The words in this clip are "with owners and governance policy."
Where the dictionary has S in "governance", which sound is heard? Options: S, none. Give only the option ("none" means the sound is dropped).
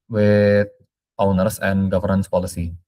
S